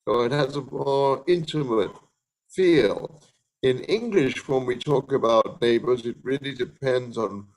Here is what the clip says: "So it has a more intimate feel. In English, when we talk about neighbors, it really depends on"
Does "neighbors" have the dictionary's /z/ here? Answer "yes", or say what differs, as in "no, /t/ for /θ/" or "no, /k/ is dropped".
yes